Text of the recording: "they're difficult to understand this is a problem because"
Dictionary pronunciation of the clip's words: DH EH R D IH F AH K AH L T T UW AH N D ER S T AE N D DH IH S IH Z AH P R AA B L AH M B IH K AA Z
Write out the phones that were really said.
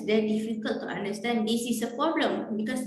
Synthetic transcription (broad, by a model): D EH D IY F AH K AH L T T UW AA N D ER S T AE N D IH S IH S AH P R AA B L AH M B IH K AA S